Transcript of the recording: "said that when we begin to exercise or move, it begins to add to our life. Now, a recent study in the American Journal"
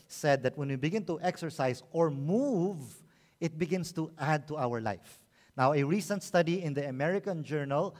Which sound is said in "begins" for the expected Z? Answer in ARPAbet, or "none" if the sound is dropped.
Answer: S